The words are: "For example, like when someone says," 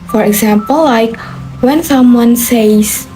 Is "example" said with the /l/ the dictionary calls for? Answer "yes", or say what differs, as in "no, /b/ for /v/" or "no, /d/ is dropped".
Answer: yes